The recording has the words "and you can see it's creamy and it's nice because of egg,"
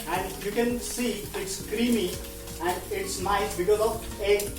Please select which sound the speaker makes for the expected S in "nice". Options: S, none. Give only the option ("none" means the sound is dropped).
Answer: none